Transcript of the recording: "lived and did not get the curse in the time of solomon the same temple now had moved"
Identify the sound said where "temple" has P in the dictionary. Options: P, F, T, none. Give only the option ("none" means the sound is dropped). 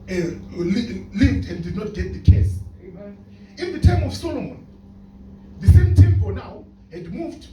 F